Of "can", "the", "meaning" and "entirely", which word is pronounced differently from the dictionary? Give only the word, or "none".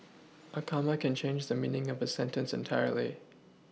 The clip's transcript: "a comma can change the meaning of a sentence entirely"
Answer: none